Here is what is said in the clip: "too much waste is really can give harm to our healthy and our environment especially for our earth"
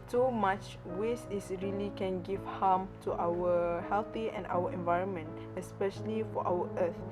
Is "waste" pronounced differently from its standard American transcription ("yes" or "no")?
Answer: yes